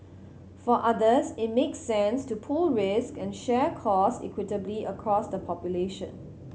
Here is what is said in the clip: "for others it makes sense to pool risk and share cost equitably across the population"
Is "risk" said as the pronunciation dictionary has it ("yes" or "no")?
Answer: yes